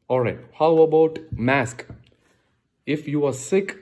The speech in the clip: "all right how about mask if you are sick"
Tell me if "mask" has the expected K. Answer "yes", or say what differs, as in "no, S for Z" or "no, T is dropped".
yes